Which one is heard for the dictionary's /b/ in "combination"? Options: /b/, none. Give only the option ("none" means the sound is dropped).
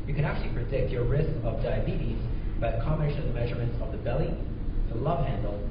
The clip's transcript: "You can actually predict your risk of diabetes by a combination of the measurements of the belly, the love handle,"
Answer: none